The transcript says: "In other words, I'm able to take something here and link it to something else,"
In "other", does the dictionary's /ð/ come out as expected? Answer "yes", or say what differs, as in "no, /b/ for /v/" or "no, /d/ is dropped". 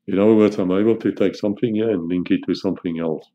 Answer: no, /ð/ is dropped